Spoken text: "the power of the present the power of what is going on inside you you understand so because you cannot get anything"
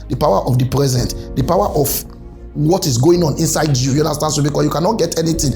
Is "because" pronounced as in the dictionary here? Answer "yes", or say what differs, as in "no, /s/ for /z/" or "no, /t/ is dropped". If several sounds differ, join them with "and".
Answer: no, /z/ is dropped